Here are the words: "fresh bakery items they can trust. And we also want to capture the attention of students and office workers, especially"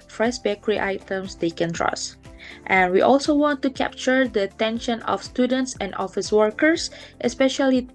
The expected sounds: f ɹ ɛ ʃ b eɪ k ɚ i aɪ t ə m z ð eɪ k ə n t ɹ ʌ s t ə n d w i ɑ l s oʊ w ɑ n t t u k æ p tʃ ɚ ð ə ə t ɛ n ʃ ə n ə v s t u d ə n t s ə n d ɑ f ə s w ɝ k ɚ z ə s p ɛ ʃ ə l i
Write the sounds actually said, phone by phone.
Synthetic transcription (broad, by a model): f ɹ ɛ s b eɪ k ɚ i aɪ t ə m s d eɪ k ə n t ɹ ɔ s t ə n w i ɑ l s oʊ w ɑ n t t u k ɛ p tʃ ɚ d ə ə t ɛ n ʃ ə n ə f s t u d ə n t s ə n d ɑ f ə s w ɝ k ɚ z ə s p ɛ ʃ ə l i